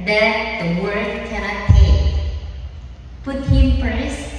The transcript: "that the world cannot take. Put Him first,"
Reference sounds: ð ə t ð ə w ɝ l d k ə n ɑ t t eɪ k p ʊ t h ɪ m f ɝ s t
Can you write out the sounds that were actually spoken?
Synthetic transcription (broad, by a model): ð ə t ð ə w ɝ d k ə n ɑ t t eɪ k p ʊ t h ɪ m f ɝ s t